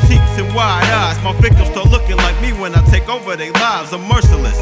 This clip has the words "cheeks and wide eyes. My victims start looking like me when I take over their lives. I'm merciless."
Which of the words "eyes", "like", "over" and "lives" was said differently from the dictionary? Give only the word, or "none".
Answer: eyes